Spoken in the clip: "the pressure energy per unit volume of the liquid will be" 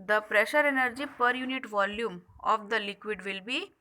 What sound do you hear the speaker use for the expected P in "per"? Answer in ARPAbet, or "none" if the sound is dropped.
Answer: P